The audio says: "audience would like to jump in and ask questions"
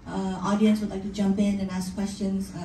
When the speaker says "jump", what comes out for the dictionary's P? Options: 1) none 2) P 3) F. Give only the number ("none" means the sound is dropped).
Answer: 2